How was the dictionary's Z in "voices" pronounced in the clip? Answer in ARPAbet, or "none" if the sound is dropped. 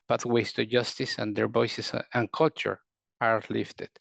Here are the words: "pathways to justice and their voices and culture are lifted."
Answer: S